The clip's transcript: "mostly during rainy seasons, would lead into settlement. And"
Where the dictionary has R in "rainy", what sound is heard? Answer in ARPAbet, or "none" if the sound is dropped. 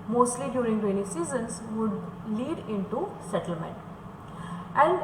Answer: W